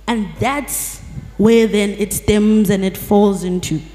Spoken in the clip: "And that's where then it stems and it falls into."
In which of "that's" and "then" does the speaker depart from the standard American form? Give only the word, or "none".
none